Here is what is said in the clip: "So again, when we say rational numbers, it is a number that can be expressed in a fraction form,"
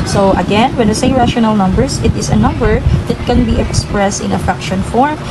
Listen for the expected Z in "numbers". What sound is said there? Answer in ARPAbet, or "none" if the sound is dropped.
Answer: S